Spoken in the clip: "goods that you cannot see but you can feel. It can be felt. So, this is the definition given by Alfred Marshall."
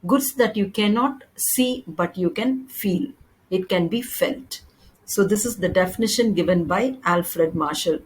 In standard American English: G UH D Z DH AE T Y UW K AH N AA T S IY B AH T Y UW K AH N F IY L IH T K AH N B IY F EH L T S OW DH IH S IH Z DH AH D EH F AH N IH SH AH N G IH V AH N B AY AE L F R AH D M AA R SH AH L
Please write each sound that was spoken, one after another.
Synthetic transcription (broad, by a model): G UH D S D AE T Y UW K AH N AA T S IY B AH T Y UW K AH N F IY L IH T K AH N B IY F EH L T S OW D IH S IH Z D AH D EH F AH N IH SH AH N G IH V AH N B AY AE L F R AH D M AA R SH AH L